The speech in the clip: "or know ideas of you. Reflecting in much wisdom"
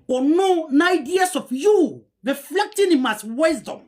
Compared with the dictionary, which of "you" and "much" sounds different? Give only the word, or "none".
much